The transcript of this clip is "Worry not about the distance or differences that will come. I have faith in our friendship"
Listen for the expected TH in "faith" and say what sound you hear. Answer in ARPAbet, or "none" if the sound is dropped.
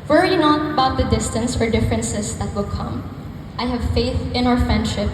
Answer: TH